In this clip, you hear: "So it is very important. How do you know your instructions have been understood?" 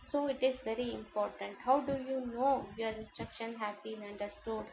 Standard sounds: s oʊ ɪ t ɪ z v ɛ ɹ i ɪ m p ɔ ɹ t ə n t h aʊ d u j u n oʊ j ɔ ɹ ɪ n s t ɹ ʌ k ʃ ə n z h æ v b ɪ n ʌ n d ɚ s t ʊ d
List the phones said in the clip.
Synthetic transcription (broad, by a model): s oʊ ɪ t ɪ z v ɛ ɹ i ɪ m p ɔ ɹ t ə n t h aʊ d u j u n oʊ j ɔ ɹ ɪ n s t ɹ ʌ k ʃ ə n h æ v b ɪ n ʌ n d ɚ s t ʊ d